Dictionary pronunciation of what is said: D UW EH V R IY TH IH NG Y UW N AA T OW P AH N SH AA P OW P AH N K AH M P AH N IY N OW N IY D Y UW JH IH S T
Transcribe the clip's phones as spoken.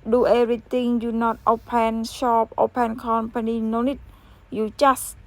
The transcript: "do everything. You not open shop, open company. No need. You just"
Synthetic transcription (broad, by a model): D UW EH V R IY T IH NG Y UW N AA T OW P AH N SH AA P OW P AH N K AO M P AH N IY N OW N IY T Y UW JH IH S